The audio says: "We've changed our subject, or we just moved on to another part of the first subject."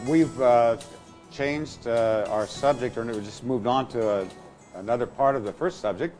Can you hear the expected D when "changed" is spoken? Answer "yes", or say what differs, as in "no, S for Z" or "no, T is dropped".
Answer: yes